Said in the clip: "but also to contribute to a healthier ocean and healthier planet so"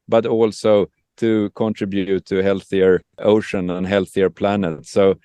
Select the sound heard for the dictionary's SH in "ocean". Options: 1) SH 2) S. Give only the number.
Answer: 1